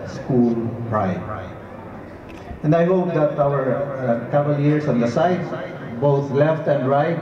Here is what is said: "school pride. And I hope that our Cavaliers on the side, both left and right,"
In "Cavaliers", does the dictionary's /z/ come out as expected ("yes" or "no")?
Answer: no